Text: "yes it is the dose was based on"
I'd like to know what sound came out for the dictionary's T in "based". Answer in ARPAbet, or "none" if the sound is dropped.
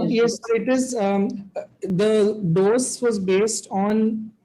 T